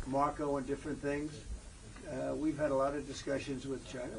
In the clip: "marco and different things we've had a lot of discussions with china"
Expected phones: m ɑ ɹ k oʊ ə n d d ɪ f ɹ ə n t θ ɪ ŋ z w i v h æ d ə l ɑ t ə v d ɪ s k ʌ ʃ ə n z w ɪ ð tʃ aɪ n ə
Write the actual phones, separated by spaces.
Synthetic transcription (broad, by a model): m ɑ ɹ k oʊ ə n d d ɪ f ɹ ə n θ ɪ ŋ z w i v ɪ d ə l ɑ t ə v d ɪ s k ʌ ʃ ə n z w ɪ ð tʃ aɪ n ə